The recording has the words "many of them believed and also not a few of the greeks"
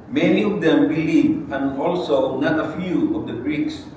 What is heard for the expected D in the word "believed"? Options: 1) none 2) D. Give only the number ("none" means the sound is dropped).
1